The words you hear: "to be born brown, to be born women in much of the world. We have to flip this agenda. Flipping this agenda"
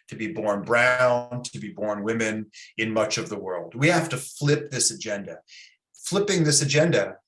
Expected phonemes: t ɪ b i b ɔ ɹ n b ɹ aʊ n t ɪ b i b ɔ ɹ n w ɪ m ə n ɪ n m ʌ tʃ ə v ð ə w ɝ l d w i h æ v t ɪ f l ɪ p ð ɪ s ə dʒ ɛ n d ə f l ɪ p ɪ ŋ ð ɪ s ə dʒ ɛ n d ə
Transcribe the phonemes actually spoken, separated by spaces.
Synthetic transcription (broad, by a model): t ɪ b i b ɔ ɹ n b ɹ aʊ n t ɪ b i b ɔ ɹ n w ɪ m ə n ɪ n m ʌ tʃ ə v ð ə w ɝ l d w i h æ f t ɪ f l ɪ p ð ɪ s ə dʒ ɛ n d ə f l ɪ p ɪ ŋ ð ɪ s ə dʒ ɛ n d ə